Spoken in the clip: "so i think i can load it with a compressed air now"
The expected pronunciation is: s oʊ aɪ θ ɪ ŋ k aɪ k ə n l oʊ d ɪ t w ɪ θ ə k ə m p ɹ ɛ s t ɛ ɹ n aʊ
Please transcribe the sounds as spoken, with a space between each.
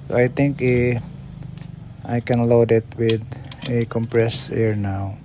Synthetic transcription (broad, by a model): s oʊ aɪ t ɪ ŋ k aɪ k ə n l oʊ d ɪ t w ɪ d ə k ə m p ɹ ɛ s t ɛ ɹ n aʊ